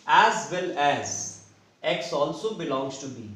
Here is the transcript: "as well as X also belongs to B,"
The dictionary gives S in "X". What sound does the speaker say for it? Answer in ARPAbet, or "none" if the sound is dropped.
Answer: S